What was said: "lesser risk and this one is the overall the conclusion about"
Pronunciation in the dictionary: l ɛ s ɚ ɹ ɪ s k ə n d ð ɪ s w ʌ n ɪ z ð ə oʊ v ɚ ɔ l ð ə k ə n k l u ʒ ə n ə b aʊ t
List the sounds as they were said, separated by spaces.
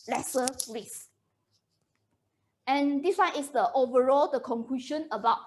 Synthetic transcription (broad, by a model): l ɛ s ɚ ɹ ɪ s ə n d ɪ s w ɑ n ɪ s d ə oʊ v ɚ ɔ l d ə k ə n k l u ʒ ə n ə b aʊ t